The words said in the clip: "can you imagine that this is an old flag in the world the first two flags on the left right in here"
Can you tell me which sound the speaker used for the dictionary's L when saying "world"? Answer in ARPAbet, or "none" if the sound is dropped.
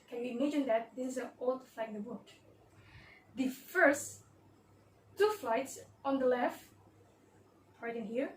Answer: none